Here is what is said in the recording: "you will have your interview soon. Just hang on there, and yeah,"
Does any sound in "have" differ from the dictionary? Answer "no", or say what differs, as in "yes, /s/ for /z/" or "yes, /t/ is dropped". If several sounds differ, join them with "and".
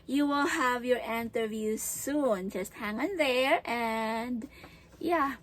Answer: no